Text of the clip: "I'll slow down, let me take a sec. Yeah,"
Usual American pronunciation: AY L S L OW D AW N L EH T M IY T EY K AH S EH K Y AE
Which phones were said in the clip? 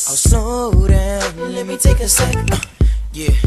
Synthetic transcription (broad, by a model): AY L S OW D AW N L EH T M IY T EY K AH S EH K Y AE